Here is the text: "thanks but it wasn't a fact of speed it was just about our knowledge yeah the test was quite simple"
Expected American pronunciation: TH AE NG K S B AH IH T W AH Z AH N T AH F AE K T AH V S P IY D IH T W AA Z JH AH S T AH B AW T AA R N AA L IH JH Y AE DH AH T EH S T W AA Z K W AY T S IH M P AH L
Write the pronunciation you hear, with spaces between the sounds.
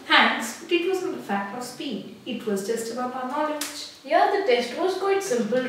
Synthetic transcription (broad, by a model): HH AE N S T IH T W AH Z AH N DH AH F AE K T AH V S P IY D IH T W AA Z JH AH S T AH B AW AA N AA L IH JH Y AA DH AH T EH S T W AA Z K W AY T S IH M P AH L